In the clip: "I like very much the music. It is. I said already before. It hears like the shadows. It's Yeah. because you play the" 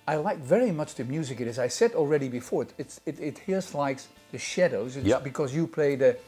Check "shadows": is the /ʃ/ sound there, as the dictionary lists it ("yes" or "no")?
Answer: yes